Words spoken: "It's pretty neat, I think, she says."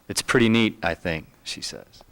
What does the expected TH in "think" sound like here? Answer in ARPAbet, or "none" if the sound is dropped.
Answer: TH